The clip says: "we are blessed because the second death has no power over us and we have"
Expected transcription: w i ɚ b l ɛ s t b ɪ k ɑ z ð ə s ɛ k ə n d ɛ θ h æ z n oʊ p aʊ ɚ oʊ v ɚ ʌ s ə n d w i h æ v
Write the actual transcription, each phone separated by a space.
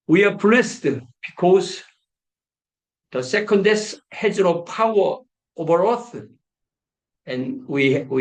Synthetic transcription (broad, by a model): w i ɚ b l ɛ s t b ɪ k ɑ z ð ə s ɛ k ə n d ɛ s h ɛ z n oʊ p aʊ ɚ oʊ v ɚ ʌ θ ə n w i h